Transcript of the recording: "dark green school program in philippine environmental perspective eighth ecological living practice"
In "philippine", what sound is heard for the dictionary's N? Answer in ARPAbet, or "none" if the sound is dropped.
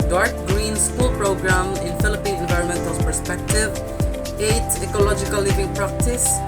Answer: none